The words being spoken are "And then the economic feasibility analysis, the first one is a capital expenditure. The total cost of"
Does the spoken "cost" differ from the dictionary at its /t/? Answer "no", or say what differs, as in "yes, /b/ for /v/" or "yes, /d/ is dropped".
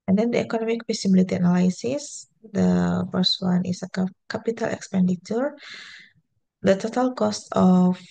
no